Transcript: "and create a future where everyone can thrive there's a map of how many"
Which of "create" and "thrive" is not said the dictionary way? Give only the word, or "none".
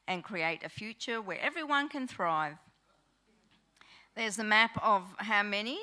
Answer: none